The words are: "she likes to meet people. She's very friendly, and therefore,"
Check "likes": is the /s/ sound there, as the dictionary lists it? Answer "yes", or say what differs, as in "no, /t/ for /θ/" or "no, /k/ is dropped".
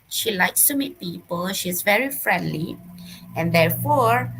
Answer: yes